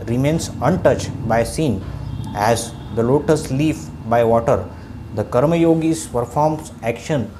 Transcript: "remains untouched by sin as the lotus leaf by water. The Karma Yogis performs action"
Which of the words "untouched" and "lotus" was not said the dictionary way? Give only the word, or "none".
none